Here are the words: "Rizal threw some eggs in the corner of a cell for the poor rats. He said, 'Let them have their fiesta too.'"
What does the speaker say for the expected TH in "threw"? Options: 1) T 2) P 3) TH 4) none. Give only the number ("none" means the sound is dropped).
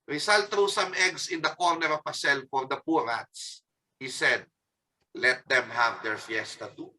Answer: 1